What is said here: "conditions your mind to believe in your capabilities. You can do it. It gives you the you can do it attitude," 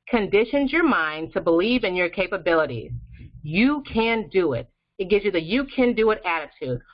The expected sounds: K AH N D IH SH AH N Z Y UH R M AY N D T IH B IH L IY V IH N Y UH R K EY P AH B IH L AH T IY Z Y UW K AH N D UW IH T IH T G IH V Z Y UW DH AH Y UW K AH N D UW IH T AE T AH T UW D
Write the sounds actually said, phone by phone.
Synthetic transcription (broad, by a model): K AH N D IH SH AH N Z Y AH R M AY N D T IH B IH L IY V IH N Y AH R K EY P AH B IH L AH T IY Z Y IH K AH N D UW IH T IH T G IH V Z Y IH DH AH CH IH K AH N D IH IH T AE T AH T UW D